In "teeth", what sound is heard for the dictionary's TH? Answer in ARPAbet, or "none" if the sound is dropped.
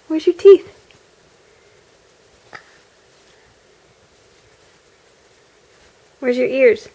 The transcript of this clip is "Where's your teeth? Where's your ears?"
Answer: TH